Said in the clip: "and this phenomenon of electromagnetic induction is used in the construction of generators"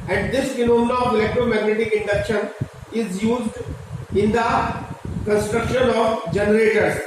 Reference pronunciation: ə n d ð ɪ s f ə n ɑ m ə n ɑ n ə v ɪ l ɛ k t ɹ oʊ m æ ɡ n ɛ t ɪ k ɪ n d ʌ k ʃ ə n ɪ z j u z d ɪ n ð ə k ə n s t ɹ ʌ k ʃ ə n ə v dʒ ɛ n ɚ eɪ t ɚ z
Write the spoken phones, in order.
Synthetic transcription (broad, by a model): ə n d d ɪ s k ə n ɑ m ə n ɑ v ɪ l ɛ k t ɹ oʊ m æ ɡ n ɛ t ɪ k ɪ n d ʌ k ʃ ə n ɪ z j u z d ɪ n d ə k ə n s t ɹ ʌ k ʃ ə n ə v dʒ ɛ n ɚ eɪ t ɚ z